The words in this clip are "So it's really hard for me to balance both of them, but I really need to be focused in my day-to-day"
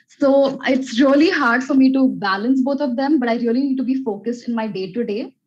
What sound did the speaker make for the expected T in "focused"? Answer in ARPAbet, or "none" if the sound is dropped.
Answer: T